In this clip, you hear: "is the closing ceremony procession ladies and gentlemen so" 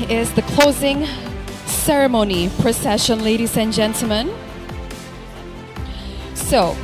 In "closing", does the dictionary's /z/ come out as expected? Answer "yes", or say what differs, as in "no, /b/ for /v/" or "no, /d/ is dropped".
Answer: yes